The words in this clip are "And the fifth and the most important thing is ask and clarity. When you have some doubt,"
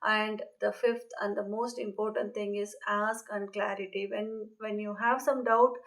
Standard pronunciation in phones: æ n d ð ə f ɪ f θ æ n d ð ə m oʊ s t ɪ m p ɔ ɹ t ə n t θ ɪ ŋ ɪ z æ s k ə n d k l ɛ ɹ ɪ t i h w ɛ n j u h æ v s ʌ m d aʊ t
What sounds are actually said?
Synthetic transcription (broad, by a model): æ n d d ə f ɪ f t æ n d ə m oʊ s t ɪ m p ɔ ɹ t ə n t t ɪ ŋ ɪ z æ s k ə n d k l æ ɹ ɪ t i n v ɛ n j u h æ v s ʌ m d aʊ t